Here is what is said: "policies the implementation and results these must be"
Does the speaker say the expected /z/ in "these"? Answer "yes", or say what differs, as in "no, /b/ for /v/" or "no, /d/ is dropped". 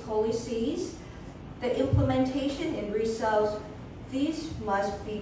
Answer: yes